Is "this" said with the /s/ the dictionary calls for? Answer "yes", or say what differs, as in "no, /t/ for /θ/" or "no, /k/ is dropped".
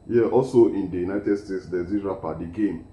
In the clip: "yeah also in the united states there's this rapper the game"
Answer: no, /s/ is dropped